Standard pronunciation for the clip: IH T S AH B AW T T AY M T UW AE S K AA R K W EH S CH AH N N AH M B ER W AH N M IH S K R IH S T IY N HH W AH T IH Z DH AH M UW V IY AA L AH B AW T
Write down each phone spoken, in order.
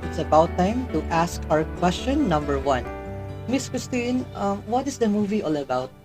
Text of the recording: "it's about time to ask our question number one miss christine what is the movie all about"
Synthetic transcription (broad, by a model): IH T S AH B AW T T AY M T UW AE S K AA R K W EH S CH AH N N AH M B ER W AH N M IH S K R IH S T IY N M W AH T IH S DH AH M UW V IY AA L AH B AW T